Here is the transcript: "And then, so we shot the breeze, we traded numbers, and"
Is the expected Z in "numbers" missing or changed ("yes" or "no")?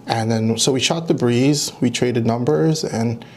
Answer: no